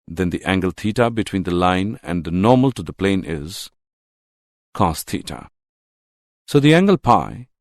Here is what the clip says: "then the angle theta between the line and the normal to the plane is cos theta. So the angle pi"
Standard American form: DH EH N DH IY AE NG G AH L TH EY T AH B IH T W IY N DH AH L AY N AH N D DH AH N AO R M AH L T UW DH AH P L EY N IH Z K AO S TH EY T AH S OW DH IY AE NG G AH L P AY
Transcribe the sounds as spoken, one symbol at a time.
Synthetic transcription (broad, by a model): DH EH N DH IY AE NG G AH L T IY T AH B IH T W IY N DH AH L AY N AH N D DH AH N AO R M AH L T UW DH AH P L EY N IH Z K AO S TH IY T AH S OW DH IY AE NG G AH L P AY